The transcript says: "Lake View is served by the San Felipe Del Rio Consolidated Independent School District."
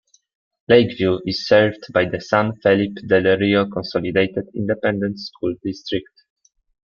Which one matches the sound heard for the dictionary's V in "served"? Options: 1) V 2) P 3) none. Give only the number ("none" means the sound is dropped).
1